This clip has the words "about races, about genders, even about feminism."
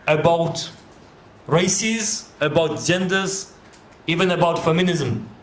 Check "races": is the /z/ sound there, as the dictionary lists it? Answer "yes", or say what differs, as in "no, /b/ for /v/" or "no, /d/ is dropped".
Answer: yes